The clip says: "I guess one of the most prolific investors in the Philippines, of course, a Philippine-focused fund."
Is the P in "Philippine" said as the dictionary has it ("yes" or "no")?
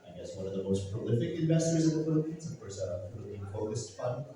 no